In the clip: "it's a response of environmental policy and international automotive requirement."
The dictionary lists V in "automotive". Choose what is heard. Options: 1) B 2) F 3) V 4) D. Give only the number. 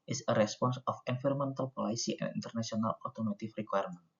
2